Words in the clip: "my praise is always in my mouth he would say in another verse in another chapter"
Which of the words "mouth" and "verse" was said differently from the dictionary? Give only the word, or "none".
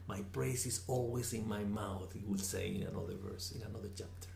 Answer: none